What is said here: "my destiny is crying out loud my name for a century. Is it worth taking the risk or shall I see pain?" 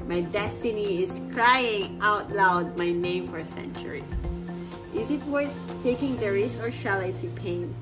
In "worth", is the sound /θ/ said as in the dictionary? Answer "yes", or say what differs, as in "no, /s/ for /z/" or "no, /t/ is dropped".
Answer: no, /s/ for /θ/